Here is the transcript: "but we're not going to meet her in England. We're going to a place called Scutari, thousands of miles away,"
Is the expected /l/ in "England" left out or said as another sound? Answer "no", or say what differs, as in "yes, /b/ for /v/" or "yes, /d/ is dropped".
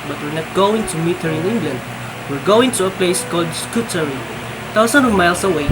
no